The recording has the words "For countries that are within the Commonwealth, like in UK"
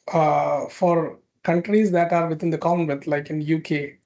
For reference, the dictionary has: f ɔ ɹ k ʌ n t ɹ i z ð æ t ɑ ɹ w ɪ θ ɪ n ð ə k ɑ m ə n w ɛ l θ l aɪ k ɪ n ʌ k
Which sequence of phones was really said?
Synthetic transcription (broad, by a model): f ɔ ɹ k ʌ n t ɹ i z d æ t ɑ ɹ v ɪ t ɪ n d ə k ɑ ə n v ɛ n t l aɪ k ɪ n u k